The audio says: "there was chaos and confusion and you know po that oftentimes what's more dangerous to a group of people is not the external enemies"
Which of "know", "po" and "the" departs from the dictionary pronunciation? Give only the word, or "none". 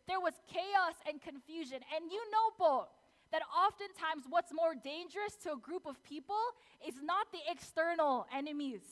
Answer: po